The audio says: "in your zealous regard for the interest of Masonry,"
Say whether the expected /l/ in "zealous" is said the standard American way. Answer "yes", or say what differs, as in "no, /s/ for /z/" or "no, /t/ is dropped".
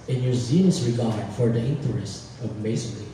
no, /n/ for /l/